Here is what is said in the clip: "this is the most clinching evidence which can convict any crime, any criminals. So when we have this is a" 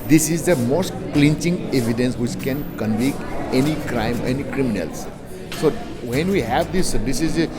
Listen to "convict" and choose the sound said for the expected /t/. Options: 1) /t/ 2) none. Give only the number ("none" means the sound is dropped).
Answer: 2